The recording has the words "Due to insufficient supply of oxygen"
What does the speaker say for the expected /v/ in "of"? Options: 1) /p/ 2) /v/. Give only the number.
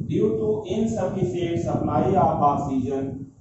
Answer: 1